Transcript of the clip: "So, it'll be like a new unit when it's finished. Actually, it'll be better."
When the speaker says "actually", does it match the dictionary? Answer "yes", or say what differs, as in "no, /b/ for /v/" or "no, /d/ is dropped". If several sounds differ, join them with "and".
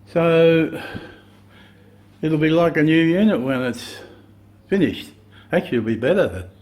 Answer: no, /l/ is dropped